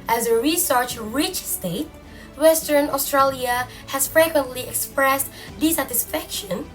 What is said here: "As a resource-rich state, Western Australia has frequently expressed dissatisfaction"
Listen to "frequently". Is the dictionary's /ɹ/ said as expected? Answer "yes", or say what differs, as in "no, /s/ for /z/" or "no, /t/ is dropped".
yes